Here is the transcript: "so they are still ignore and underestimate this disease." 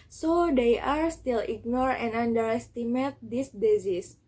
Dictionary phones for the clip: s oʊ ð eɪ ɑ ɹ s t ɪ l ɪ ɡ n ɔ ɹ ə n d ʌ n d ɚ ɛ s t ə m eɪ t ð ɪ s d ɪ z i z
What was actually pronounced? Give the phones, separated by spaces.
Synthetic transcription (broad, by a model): s oʊ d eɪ ɑ ɹ s t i l ɪ ɡ n ɔ ɹ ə n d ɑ n d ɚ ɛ s t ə m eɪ t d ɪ s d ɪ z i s